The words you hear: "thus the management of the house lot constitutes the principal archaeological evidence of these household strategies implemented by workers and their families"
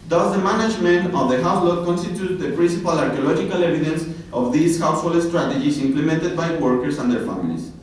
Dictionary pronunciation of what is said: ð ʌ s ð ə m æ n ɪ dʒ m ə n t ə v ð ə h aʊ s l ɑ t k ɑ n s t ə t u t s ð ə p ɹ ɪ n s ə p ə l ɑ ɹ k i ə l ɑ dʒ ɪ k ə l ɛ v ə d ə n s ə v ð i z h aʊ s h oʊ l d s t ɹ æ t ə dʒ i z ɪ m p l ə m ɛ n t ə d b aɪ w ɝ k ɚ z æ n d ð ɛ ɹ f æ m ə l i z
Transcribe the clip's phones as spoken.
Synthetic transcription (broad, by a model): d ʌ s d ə m æ n ɪ dʒ m ə n t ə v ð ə h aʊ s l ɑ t k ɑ n s t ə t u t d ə p ɹ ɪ n s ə p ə l ɑ ɹ k i ə l ɑ dʒ ɪ k ə l ɛ v ə d ə n s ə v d i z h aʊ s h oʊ l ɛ s t ɹ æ t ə dʒ i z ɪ m p l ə m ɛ n t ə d b aɪ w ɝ k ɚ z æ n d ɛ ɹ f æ m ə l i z